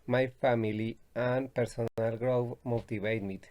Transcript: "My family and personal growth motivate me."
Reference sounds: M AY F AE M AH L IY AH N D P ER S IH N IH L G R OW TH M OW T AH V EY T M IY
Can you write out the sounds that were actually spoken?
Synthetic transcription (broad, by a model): M AY F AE M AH L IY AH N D P ER S IH N IH L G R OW F M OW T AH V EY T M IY